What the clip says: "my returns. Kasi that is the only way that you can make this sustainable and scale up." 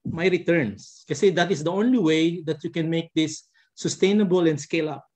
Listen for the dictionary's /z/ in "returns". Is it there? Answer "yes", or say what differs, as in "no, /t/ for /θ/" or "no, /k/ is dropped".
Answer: no, /s/ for /z/